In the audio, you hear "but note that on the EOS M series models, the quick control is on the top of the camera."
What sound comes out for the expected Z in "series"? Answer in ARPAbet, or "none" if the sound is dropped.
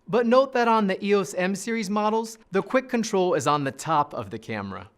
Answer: Z